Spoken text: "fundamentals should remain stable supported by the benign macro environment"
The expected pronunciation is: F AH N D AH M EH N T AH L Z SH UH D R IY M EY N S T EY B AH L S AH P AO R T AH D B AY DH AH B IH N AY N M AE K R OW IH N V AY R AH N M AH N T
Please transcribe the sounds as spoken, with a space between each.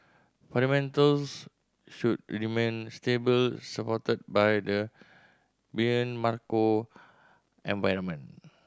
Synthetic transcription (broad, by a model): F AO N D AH M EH N T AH L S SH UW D R IY M EY N S T EY B AH L S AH P AO T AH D B AY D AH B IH AH N M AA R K OW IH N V AY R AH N M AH N